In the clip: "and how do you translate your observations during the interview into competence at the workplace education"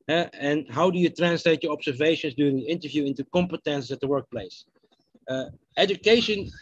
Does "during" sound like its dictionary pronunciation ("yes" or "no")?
no